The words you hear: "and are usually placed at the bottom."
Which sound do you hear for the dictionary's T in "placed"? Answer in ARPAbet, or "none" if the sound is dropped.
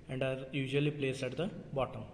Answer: none